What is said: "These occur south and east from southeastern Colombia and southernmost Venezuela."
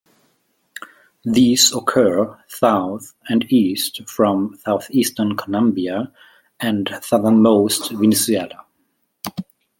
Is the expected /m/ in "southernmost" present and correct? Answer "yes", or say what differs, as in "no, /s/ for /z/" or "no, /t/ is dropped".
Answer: yes